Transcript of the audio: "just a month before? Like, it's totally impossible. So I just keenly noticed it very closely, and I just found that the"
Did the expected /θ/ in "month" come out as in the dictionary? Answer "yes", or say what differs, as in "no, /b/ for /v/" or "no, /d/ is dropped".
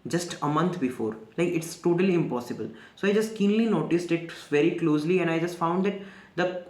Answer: no, /t/ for /θ/